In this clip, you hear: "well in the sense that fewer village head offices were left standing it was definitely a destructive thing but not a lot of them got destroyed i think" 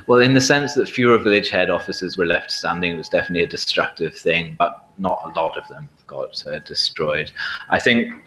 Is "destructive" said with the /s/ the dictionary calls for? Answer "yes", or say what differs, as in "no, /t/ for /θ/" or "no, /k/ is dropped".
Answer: yes